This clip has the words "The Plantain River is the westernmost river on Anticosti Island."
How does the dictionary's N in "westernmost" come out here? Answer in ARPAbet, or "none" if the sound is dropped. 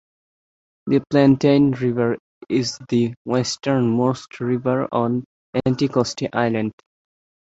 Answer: N